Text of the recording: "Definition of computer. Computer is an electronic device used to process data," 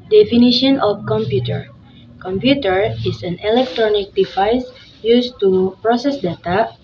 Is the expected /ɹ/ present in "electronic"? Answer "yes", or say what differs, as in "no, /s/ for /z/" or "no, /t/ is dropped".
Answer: yes